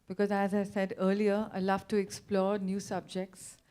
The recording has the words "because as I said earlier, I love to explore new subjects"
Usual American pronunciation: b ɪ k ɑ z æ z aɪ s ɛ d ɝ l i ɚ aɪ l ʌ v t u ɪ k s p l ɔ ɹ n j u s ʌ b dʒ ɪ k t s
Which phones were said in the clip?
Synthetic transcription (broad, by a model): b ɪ k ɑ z æ z aɪ s ɛ d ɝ l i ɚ aɪ l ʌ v t u ɪ k s p l ɔ ɹ n j u s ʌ b dʒ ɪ k t s